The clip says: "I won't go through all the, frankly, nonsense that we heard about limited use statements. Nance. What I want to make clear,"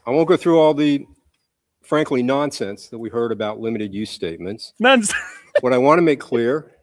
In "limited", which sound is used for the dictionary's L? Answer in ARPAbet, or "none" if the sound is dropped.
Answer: L